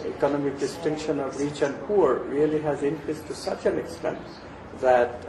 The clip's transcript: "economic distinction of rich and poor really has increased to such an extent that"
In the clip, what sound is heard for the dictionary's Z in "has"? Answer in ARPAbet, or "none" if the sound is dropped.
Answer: Z